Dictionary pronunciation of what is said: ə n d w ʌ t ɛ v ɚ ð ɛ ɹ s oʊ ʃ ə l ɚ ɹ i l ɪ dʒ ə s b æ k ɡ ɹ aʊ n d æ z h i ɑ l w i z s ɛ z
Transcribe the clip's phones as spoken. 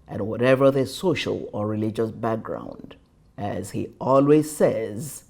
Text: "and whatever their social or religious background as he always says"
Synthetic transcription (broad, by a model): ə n w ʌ t ɛ v ɚ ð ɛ s oʊ ʃ ə l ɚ ɹ i l ɪ dʒ ə s b æ k ɡ ɹ aʊ n d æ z h i ɑ l w i z s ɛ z